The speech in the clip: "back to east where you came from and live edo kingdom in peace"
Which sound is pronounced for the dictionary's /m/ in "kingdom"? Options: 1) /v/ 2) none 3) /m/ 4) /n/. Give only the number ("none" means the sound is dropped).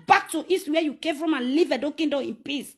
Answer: 2